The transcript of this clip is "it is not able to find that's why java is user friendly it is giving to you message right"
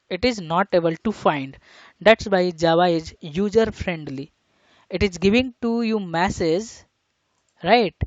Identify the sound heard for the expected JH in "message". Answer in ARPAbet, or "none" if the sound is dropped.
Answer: Z